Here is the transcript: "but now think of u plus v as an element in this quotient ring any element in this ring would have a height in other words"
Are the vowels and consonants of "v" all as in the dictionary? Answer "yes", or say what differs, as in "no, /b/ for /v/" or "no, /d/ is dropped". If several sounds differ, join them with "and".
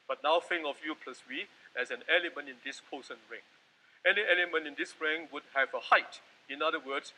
no, /w/ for /v/